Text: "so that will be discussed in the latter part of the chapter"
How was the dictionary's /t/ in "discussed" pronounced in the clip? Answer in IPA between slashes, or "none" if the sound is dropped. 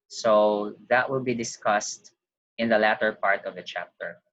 /t/